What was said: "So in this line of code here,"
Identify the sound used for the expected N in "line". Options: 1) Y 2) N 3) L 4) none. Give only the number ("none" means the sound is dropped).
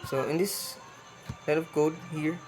3